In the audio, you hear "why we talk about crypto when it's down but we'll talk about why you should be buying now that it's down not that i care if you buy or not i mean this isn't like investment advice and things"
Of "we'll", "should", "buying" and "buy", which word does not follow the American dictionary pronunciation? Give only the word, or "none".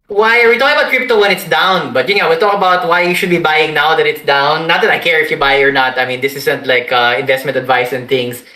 we'll